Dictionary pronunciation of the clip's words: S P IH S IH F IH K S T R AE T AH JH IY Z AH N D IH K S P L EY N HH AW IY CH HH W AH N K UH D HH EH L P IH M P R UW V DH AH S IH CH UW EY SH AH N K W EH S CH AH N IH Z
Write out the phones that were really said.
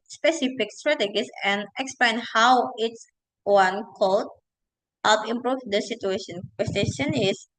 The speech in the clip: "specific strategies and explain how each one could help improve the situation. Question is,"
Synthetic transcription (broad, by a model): S P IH S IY F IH K S T R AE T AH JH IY S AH N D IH K S P L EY N HH AW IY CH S W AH N K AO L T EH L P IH M P R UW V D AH S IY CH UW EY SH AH N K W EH S SH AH N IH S